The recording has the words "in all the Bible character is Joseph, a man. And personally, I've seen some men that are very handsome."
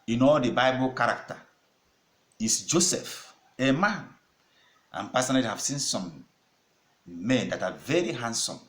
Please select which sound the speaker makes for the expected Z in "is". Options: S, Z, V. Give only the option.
S